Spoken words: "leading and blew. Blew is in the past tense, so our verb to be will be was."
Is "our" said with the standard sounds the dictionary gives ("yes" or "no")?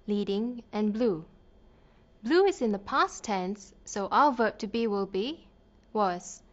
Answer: no